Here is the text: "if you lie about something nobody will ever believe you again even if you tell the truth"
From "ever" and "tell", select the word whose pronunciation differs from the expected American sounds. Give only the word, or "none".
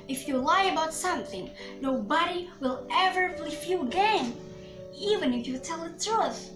none